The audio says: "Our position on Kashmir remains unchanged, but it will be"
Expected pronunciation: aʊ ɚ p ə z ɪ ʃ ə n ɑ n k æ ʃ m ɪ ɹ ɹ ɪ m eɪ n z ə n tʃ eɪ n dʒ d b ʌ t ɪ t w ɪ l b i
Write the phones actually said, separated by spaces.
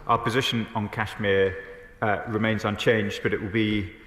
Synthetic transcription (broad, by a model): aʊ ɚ p ə z ɪ ʃ ə n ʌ n k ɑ ʃ m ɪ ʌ ɹ ɪ m eɪ n z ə n tʃ eɪ n dʒ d b ʌ t ɪ t w ɪ l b i